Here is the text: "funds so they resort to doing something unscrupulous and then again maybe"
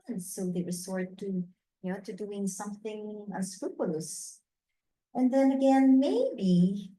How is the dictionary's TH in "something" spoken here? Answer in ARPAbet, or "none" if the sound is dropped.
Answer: TH